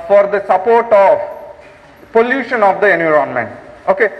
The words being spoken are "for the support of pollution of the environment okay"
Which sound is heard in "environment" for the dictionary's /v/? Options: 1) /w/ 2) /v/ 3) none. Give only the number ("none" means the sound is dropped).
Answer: 3